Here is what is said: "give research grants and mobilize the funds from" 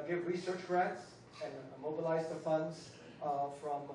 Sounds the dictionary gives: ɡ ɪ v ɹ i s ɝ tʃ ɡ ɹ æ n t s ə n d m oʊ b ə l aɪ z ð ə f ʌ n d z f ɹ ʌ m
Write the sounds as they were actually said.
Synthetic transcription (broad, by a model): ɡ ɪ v ɹ i s ɝ tʃ ɹ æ t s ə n m oʊ b ə l aɪ z ð ə f ʌ n d z f ɹ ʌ m